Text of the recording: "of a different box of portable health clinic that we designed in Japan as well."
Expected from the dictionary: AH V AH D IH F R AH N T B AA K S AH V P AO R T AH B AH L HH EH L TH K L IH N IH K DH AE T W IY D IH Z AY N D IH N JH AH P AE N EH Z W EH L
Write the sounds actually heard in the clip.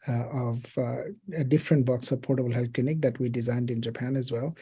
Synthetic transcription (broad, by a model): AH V AH D IH F R AH N T B AA K S AH V P AO R T AH B AH L HH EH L K L IH N IH K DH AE T W IY D IH Z AY N D IH N JH AH P AE N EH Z W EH L